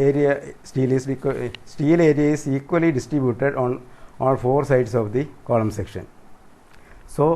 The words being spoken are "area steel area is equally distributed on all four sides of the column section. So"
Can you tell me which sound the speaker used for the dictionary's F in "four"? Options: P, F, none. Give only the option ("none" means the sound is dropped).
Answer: F